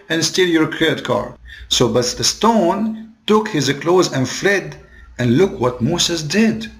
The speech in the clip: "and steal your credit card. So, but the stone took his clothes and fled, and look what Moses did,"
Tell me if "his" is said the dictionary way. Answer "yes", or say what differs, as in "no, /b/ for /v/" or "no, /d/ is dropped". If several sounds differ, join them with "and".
yes